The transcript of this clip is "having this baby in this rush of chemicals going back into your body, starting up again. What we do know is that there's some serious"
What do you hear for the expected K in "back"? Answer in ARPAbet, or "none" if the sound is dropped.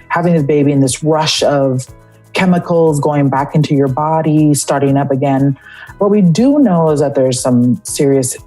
K